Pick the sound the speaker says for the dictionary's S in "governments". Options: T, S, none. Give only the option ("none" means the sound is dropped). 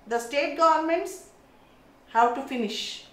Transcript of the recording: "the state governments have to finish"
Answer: S